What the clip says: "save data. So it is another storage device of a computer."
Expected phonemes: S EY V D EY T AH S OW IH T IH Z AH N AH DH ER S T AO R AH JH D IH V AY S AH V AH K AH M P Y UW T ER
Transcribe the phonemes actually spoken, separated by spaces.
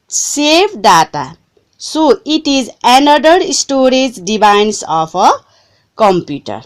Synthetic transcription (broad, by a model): S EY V D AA T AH S OW IH T IH Z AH N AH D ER S T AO R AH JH D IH B AY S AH P AH K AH M P Y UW T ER